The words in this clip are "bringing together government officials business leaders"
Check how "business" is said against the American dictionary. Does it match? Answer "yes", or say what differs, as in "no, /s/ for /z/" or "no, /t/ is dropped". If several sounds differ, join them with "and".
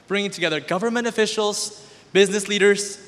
yes